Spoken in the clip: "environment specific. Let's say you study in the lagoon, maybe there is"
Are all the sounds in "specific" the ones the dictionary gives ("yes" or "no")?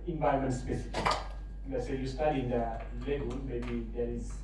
no